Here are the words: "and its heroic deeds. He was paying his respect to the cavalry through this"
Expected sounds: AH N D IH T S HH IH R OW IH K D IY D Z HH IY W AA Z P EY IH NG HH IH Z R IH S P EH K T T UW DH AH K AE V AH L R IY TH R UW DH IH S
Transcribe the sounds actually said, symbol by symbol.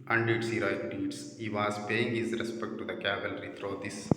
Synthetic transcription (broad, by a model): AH N D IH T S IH R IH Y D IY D S HH IY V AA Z P EY IH NG HH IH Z R IH S P EH K T T UW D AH K AE V AH L R IY T R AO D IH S